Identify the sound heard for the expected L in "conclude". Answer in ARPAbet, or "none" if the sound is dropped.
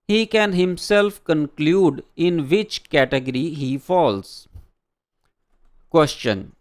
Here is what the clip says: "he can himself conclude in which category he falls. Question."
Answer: L